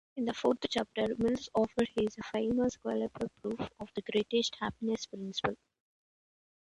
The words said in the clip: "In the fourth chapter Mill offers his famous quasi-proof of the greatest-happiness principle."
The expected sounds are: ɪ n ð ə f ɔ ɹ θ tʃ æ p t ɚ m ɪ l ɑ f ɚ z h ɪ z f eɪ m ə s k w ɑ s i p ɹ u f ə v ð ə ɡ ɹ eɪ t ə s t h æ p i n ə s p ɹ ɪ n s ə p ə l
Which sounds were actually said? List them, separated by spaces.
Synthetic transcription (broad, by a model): ɪ n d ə f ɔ ɹ t tʃ æ p t ɚ m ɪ l ɑ f ɚ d h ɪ z f eɪ m ə s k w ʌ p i p ɹ u f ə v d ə ɡ ɹ eɪ t ə s t h æ p i n ə s p ɹ ɪ n s ə p ə l